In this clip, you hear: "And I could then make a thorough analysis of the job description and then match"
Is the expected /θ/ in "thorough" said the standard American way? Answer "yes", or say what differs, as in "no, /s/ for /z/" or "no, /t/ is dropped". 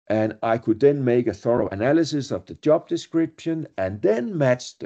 yes